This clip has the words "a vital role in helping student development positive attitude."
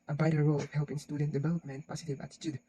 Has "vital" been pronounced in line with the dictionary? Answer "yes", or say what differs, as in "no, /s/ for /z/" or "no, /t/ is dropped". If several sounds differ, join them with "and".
no, /b/ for /v/